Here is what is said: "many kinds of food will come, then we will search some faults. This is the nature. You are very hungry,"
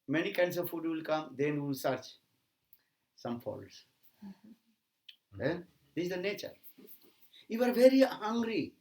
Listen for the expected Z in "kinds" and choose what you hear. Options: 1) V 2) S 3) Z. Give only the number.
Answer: 2